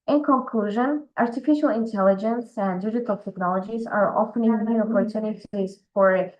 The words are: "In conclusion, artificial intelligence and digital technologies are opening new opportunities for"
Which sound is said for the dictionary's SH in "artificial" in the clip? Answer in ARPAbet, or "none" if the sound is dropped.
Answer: SH